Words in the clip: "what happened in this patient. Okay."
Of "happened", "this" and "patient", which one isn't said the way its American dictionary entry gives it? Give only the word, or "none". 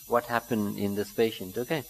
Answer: none